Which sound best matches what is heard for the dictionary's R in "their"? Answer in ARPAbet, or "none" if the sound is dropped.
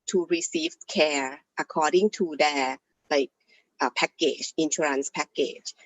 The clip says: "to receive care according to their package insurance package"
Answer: L